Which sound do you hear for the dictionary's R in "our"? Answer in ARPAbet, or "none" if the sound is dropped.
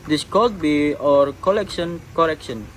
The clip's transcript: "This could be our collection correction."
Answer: R